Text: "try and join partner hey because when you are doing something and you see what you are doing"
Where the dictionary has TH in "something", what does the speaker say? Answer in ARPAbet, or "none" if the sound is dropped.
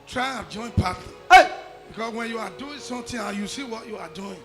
T